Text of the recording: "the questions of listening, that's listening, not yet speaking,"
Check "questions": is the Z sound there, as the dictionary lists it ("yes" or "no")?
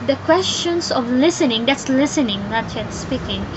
no